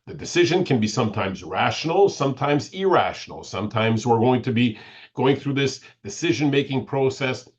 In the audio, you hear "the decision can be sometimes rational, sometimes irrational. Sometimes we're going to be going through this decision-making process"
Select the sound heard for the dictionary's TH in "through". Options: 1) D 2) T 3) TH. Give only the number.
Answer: 3